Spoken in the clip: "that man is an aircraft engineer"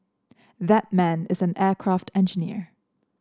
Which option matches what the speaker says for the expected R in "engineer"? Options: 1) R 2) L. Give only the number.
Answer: 1